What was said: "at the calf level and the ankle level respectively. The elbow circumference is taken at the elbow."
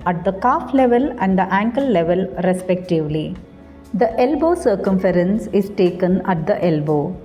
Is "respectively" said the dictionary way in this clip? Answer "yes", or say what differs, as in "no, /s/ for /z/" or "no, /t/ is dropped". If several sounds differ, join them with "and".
yes